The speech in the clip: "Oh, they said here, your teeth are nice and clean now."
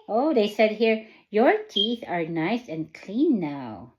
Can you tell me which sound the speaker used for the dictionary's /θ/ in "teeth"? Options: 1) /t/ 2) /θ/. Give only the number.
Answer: 2